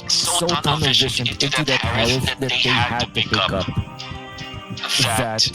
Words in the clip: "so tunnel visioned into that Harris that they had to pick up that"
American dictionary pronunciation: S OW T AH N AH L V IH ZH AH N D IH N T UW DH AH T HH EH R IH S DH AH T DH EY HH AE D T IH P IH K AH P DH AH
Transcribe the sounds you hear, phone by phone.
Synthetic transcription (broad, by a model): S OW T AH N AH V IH SH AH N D IH N T UW DH AH T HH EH IH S DH AH T DH EY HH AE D T IH P IH K AH P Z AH